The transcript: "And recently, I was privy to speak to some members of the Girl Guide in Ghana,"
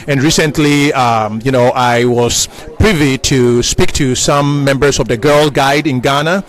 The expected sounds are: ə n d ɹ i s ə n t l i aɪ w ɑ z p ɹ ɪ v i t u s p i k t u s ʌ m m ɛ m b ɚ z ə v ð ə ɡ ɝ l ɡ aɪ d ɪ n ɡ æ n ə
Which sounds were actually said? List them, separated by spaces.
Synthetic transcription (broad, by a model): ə n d ɹ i s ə n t l i aɪ w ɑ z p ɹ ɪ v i t u s p i k t u s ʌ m m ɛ m b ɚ s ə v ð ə ɡ ɝ l ɡ aɪ d ɪ n ɡ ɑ n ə